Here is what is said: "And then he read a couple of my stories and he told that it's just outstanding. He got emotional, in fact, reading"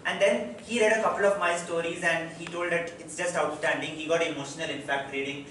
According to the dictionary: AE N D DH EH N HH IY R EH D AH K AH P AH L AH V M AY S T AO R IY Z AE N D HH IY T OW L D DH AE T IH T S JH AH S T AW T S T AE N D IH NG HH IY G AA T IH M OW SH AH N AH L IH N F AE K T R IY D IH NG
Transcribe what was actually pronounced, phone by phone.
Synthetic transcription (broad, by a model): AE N D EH N HH IY R EH D AH K AH P AH L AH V M AY S T AO R IY Z AE N D HH IY T OW L D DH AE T IH T S JH AH S T AW T S T AE N D IH NG HH IY G AA T IH M OW SH AH N AH L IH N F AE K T R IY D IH NG